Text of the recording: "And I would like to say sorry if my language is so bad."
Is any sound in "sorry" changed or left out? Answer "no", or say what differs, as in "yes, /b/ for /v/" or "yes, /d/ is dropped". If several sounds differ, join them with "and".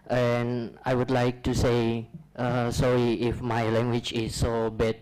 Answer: yes, /ɹ/ is dropped